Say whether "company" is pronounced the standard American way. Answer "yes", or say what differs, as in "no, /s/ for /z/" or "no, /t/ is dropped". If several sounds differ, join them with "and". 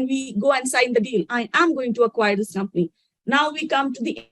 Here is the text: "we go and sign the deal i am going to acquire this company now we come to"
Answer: yes